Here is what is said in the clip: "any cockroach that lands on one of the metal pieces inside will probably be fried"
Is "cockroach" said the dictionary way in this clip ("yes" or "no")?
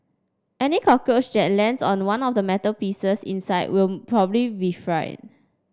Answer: no